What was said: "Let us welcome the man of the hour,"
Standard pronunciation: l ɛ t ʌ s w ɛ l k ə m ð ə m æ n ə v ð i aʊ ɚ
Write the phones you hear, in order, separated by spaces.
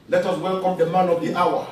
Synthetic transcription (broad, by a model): l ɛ t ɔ s w ɛ l k ə m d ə m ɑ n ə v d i aʊ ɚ